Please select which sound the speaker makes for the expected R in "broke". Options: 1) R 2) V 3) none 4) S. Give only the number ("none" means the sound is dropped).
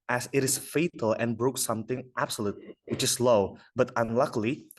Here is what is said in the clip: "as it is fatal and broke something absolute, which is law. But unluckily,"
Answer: 1